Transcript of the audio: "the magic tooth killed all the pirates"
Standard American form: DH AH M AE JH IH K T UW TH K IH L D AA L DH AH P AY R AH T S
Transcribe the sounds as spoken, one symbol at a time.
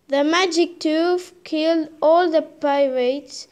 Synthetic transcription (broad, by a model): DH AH M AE JH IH K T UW F K IH L D AA L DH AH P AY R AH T S